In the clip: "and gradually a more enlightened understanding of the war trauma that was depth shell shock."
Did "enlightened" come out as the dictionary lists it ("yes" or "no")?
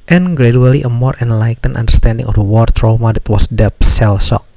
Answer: no